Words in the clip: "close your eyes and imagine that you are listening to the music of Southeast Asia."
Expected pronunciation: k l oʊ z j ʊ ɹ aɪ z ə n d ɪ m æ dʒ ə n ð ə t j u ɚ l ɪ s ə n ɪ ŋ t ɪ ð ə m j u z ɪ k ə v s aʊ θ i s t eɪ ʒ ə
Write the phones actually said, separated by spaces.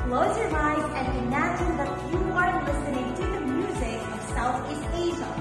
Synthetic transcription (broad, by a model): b l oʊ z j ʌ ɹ aɪ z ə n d ɪ m æ dʒ ə n ð ə t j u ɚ l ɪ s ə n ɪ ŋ t ɪ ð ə m j u z ɪ k ə v s aʊ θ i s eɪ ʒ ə